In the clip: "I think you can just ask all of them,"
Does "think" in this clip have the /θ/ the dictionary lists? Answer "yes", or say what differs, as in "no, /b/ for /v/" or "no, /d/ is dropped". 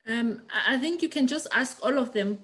yes